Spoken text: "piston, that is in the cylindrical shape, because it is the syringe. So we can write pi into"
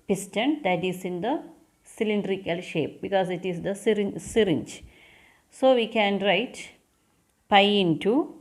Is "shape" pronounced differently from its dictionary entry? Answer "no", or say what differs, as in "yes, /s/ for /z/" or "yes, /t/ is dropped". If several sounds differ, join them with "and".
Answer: no